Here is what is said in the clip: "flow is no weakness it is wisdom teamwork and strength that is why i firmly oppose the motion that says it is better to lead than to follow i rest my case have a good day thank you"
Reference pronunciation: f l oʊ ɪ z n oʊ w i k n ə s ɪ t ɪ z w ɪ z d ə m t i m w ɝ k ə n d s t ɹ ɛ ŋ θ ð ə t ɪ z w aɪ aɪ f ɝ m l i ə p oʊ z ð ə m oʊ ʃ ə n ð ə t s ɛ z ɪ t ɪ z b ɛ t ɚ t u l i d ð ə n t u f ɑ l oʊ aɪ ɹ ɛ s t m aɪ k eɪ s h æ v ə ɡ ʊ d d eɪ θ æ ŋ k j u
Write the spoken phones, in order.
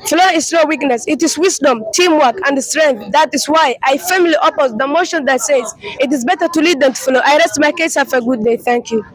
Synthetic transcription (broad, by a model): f l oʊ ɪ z n oʊ w i k n ə s ɪ t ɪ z w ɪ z d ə m t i m w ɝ k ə n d s t ɹ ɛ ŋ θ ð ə t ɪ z w aɪ aɪ f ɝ m l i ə p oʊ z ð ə m oʊ ʃ ə n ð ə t s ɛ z ɪ t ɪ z b ɛ t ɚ t u l i d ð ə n t u f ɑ l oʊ aɪ ɹ ɛ s t m aɪ k eɪ s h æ f ə ɡ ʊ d d eɪ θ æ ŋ k j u